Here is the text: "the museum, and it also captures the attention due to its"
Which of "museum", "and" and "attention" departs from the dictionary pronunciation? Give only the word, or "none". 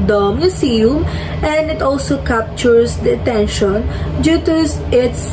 museum